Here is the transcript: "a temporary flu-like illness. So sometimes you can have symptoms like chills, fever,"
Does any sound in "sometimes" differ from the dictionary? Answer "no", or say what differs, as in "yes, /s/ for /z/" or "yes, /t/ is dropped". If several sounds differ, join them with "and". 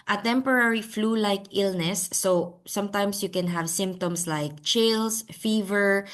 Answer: yes, /s/ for /z/